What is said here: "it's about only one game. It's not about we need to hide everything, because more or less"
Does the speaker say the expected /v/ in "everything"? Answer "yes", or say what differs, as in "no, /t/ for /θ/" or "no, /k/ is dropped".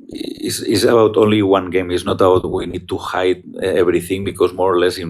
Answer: no, /b/ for /v/